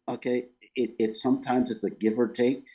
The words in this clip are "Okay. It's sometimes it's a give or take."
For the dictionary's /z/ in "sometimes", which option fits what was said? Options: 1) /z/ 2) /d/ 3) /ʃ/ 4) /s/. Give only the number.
1